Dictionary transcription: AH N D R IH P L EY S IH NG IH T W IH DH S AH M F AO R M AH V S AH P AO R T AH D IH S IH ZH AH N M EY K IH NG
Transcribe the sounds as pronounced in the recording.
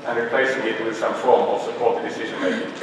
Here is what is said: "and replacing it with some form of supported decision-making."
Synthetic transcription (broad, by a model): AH N R IH P L EY S IH NG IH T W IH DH S AH M F AO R M AH V S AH P AO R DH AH D IH S IH ZH AH N M EY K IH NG